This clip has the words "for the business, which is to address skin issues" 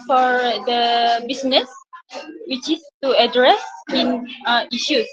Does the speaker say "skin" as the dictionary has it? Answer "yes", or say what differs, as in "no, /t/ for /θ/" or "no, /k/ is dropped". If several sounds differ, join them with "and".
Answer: no, /k/ is dropped